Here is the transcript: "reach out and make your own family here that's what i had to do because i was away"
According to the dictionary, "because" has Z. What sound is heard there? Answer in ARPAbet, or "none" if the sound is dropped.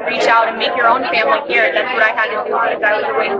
none